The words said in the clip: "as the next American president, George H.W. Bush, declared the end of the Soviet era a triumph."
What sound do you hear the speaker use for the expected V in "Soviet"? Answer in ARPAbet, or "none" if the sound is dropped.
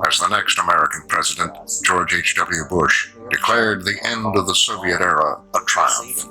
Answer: V